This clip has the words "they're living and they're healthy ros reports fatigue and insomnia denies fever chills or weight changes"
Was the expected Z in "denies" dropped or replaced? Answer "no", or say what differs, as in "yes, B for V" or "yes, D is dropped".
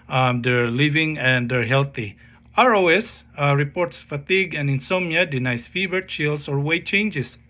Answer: yes, S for Z